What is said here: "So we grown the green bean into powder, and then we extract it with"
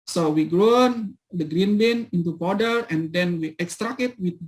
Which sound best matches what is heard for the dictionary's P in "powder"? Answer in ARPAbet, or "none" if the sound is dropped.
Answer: B